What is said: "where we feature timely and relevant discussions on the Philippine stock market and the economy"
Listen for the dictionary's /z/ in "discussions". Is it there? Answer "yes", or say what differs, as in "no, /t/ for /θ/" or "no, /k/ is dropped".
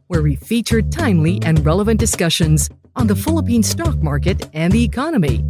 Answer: yes